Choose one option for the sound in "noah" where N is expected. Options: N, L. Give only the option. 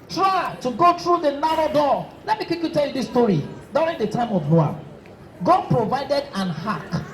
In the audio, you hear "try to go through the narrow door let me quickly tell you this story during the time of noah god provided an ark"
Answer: L